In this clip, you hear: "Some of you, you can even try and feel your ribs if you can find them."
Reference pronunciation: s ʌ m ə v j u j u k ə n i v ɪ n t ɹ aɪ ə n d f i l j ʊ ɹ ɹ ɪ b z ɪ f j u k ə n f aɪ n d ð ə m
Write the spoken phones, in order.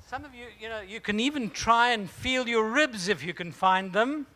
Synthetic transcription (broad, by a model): s ʌ m ə v j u j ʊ k ə n i v ɪ n t ɹ aɪ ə n f i l j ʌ ɹ ɹ ɪ b z ɪ f j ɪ k ə n f aɪ n ð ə m